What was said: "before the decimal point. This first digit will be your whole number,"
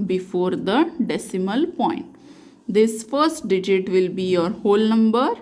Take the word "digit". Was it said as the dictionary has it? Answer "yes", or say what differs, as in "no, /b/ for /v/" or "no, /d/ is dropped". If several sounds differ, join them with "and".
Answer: yes